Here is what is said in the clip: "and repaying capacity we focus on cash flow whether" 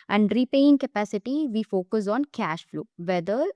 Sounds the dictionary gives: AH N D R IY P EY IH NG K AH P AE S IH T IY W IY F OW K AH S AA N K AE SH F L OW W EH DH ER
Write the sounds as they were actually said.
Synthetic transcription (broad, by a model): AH N D R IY P EY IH NG K AH P AE S IH T IY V IY F OW K AH S AA N K AE SH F L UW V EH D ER